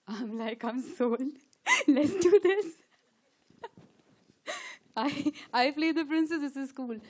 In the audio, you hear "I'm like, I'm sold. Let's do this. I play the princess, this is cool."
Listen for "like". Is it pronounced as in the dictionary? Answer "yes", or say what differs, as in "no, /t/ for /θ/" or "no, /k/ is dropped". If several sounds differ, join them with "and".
yes